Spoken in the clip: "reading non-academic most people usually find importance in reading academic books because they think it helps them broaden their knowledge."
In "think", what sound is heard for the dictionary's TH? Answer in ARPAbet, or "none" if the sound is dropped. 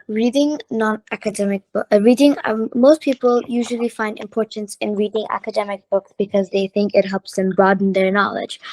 TH